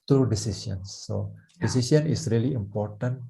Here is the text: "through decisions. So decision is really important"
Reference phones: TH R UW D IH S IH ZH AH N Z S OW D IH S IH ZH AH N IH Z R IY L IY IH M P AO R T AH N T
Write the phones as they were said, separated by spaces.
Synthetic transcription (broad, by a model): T R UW D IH S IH S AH N S OW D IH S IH S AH N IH S R IY L IY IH M P AO R T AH N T